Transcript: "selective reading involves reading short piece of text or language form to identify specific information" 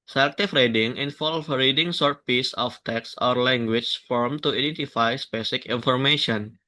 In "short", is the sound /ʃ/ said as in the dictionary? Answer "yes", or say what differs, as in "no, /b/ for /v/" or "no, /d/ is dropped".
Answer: no, /s/ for /ʃ/